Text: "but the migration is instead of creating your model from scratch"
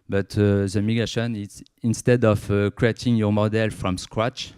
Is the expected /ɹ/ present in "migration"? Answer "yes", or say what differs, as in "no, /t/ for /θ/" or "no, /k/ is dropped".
no, /ɹ/ is dropped